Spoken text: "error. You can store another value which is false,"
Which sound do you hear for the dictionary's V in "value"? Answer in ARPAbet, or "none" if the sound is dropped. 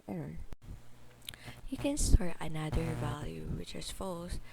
V